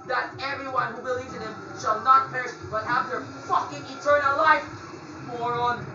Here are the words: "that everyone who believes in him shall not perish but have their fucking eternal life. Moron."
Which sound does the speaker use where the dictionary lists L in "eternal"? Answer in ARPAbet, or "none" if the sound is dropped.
L